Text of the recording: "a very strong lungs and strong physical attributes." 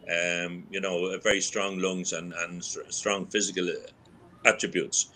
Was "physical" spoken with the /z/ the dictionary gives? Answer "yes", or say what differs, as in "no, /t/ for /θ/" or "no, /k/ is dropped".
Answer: yes